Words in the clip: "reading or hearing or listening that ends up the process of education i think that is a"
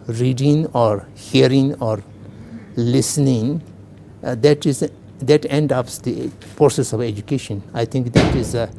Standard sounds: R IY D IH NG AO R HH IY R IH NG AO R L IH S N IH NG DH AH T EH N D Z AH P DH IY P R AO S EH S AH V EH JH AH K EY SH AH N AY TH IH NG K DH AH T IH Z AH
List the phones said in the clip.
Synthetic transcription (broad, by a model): R IY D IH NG AO R HH IY R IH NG AO R L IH S N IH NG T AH T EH N D AH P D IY P R AO S EH S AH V EH JH AH K EY SH AH N AY T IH NG K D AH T IH Z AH